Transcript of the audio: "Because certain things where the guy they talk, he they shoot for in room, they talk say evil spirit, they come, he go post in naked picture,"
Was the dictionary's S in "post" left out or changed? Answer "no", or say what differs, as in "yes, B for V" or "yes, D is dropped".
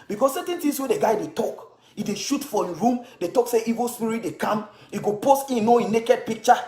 no